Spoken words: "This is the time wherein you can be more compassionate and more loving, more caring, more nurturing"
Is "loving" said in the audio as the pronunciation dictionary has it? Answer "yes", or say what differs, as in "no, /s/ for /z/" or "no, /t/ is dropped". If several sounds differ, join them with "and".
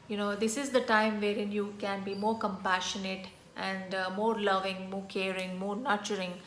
yes